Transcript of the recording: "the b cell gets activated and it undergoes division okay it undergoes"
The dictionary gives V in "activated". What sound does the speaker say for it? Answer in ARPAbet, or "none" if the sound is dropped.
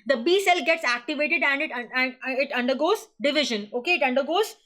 V